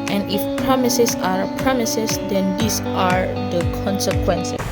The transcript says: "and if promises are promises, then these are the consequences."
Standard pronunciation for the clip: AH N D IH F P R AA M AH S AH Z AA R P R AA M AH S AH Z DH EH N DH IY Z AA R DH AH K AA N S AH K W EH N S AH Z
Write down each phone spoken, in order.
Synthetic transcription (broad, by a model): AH N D IH F P R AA M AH S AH S AA R P R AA M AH S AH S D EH N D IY S AA R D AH K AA N S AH K W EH N S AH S